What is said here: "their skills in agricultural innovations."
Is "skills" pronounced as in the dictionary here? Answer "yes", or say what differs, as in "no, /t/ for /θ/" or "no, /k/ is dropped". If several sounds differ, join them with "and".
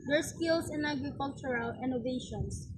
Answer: no, /s/ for /z/